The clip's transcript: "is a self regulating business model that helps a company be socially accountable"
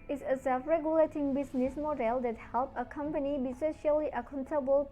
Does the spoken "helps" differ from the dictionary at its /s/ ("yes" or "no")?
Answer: yes